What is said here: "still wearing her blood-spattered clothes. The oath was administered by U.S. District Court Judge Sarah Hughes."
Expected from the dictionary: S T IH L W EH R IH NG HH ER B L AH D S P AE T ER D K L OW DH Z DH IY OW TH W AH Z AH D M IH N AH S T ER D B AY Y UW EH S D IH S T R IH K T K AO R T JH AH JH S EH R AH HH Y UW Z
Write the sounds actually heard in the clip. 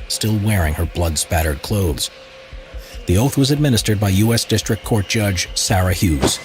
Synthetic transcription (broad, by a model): S T IH L W EH R IH NG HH ER B L AH D S P AE T ER D K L OW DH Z DH IY OW TH W AH Z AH D M IH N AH S T ER D B AY Y UW EH S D IH S T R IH K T K AO R T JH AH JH S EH R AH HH Y UW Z